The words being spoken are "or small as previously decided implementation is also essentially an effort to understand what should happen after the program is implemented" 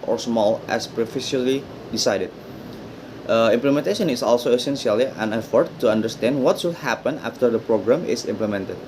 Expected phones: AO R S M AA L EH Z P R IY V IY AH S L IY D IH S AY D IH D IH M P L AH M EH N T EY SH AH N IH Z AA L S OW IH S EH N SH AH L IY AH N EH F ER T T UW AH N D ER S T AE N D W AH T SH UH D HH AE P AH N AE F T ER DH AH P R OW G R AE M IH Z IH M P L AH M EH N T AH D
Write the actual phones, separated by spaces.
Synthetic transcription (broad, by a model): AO R S M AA L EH S P R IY F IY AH L IY D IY S AY D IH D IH M P L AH M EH N T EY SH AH N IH S AA L S OW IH S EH N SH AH L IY AH N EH F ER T T UW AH N D ER S T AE N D W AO T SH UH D HH AE P AH N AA F T ER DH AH P R OW G R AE M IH S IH M P L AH M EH N T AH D